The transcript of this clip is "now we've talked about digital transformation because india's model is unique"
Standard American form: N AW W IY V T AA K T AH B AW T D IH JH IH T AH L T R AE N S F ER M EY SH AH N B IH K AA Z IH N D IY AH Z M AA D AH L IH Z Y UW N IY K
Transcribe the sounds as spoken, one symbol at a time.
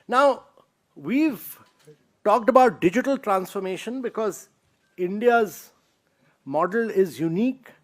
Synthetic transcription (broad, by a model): N AW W IY V T AA K T AH B AW T D IH JH IH T AH L T R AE N S F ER M EY SH AH N B IH K AA Z IH N D IY AH Z M AA D AH L IH Z Y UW N IY K